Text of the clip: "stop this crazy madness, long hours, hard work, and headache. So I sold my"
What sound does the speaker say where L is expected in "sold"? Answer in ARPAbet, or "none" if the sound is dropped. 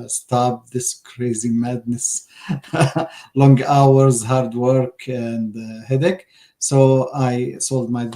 L